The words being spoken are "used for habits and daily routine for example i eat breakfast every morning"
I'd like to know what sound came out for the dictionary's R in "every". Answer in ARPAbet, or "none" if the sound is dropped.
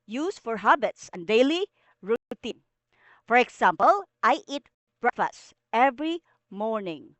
R